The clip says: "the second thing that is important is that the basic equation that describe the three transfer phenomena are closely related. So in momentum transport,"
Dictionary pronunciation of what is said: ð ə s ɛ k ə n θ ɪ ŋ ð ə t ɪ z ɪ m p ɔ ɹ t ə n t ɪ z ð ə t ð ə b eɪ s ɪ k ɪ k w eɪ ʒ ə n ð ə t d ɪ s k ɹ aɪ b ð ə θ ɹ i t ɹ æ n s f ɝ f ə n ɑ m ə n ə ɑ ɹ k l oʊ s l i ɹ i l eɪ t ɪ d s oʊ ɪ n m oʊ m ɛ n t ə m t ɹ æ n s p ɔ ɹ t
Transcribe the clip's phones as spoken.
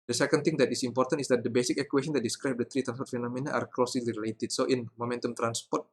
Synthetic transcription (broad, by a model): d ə s ɛ k ə n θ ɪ ŋ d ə t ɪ s ɪ m p ɔ ɹ t ə n t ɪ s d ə t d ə b eɪ s ɪ k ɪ k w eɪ ʃ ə n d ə t d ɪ s k ɹ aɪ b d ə t ɹ i t ɹ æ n s p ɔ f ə n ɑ m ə n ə ɑ ɹ k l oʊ s l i ɹ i l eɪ t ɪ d s oʊ ɪ n m oʊ m ɛ n t ə m t ɹ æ n s p ɔ ɹ t